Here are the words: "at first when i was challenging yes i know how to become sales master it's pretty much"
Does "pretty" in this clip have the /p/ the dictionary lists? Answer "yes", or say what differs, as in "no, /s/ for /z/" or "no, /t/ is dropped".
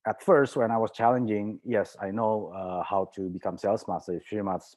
no, /f/ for /p/